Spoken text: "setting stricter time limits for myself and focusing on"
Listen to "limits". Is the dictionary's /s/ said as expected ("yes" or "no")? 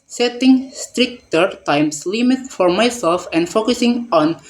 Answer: no